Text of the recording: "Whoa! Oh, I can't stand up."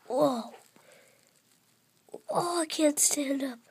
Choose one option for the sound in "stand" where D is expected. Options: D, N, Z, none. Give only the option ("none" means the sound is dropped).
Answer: D